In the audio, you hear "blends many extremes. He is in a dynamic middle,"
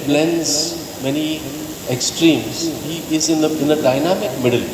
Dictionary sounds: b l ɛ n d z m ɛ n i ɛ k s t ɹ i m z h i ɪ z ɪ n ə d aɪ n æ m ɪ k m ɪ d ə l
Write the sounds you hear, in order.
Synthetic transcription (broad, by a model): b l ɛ n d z m ɛ n i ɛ k s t ɹ i m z h i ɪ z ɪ n ə d aɪ n æ m ɪ k m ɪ d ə l